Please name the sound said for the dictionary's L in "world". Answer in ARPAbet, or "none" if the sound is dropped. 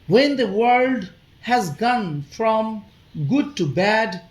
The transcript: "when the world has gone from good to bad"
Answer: L